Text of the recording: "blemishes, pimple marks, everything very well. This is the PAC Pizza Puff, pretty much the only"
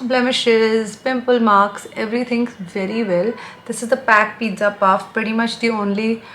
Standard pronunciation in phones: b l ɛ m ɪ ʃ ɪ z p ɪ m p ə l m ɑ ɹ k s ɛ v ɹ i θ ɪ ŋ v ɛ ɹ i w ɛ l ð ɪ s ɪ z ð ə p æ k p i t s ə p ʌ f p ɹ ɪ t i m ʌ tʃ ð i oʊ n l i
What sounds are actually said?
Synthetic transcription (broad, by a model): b l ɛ m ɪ ʃ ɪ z p ɪ m p ə l m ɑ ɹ k s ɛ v ɹ i t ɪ ŋ v ɛ ɹ i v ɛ l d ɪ s ɪ z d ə p æ k p i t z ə p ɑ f p ɹ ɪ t i m ʌ tʃ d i oʊ n l i